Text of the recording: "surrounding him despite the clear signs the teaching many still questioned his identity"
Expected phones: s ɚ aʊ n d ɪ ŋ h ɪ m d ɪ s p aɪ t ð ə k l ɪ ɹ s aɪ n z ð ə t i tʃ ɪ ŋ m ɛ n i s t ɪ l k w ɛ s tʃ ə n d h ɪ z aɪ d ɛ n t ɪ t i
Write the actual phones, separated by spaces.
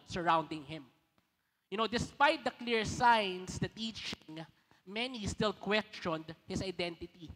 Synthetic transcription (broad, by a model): s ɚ aʊ n d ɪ ŋ h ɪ m d ɪ s p aɪ t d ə k l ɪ ɹ s aɪ n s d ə t i tʃ ɪ ŋ m ɛ n i s t ɪ l k w ɛ s tʃ ə n d h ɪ s aɪ d ɛ n t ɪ t i